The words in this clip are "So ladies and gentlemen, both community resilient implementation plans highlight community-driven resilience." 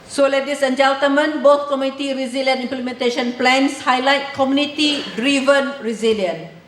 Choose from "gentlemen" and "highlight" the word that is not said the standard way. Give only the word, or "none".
gentlemen